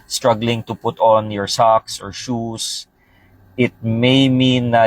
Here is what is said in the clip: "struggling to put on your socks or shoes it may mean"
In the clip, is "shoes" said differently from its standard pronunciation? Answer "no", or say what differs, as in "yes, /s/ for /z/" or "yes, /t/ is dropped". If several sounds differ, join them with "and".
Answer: yes, /s/ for /z/